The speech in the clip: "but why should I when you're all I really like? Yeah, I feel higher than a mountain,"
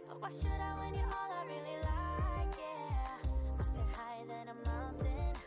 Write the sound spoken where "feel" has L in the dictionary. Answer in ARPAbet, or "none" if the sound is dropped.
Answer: N